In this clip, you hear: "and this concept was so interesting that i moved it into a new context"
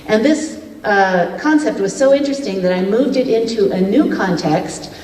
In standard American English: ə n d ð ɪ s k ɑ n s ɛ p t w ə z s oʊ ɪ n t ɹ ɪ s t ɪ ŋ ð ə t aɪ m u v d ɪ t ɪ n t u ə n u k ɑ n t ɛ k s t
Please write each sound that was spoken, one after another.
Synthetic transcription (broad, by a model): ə n ð ɪ s k ɑ n s ɛ p t w ə z s oʊ ɪ n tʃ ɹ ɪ s t ɪ ŋ ð ə t aɪ m u v d ɪ t ɪ n t u ə n u k ɑ n t ɛ k s t